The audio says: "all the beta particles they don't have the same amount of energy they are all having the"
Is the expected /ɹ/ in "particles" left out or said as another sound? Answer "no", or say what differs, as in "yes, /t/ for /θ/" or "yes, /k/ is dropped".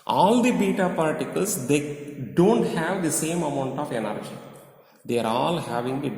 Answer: yes, /l/ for /ɹ/